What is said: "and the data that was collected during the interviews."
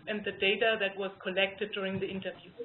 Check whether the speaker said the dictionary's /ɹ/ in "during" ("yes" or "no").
yes